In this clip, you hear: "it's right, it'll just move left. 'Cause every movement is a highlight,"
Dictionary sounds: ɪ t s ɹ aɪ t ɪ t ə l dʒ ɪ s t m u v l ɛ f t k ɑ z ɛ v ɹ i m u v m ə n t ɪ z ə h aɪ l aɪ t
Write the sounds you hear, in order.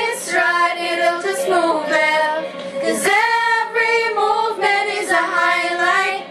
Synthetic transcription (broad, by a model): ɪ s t ɹ aɪ t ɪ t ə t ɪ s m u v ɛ k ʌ z ɛ v ɹ i m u v m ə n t ɪ z ə h aɪ l aɪ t